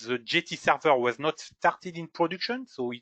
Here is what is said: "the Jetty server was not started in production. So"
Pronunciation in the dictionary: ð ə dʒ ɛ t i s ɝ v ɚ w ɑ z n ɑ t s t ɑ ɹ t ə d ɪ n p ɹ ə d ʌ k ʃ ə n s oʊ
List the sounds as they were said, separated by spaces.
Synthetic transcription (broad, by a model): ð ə dʒ ɛ t i s ɝ v ɚ w ɑ z n ɑ t s t ɑ ɹ t ə d ɪ n p ɹ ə d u k ʃ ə n s oʊ